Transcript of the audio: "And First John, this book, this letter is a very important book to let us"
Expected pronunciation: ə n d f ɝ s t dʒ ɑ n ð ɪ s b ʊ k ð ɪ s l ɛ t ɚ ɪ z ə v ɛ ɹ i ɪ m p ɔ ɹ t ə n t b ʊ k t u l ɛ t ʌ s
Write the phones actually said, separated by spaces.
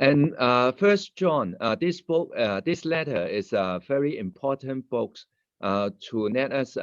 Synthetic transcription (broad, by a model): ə n f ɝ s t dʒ ɑ n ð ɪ s b ʊ k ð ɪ s l ɛ t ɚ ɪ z ə v ɛ ɹ i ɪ m p ɔ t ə n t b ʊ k t u n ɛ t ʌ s